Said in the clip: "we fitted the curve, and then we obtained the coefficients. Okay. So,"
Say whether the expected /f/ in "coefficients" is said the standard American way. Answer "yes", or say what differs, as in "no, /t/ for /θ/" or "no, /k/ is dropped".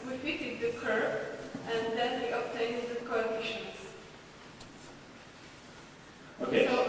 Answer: no, /f/ is dropped